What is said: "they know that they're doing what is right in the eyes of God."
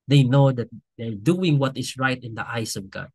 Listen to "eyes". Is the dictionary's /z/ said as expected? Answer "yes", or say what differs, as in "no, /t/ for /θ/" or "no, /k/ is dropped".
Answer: no, /s/ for /z/